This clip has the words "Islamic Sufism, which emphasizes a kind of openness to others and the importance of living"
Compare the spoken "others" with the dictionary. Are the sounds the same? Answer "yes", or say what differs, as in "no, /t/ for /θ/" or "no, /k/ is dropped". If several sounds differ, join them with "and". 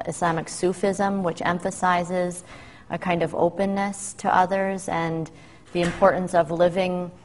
yes